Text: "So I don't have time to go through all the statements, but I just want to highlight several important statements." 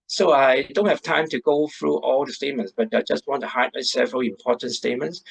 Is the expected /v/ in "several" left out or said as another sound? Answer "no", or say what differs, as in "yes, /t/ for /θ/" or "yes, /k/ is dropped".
no